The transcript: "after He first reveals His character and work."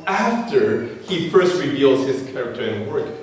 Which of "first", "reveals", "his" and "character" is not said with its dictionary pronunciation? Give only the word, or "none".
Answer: none